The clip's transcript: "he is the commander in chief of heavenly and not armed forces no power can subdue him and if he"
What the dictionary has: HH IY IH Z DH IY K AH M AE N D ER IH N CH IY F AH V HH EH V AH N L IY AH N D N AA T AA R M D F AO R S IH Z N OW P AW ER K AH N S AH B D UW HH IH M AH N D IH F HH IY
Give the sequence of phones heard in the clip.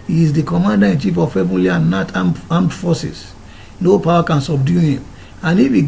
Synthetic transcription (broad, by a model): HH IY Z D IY K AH M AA N D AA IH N CH IY F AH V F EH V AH L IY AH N N AA T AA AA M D F AO S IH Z N OW P AW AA K AH N S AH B D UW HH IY M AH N IH F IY